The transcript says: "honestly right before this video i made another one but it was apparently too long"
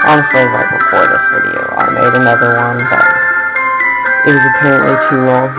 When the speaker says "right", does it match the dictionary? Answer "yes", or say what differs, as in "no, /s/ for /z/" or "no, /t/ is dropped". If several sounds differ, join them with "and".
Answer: no, /l/ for /ɹ/